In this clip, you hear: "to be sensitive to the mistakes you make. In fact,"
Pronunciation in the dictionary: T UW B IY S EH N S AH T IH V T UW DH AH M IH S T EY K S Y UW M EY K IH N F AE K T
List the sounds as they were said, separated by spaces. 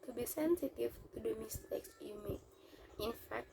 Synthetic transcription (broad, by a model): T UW B IY S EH N S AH T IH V T UW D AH M IH S T EY K S Y UW M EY IH N F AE K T